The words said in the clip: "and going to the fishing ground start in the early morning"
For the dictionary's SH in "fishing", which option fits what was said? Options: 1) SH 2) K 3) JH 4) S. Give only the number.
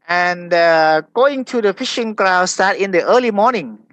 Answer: 1